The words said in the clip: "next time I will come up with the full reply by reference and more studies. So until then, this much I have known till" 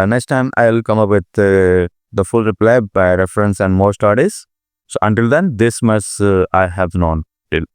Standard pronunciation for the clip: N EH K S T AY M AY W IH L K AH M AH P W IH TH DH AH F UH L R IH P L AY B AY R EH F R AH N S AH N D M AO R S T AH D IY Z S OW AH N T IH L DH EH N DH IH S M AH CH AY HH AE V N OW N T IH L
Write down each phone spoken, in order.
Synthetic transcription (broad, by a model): N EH K S T AY M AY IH L K AH M AH P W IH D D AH F UH L R IH P L AY B AY R EH F R AH N S AH N D M AO R S T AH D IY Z S OW AH N T IH L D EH N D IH S M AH S AY HH AE V N OW N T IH L